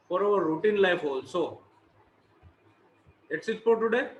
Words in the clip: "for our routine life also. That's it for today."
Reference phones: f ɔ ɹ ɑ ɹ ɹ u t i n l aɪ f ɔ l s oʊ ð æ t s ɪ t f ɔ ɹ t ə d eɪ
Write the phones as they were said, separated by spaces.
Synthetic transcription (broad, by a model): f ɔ ɹ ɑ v ɹ u t i n l aɪ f ɔ l s oʊ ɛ t s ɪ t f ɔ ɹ t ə d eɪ